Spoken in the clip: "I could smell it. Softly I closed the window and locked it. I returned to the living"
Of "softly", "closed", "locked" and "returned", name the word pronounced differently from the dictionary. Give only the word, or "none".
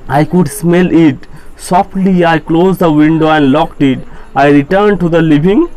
none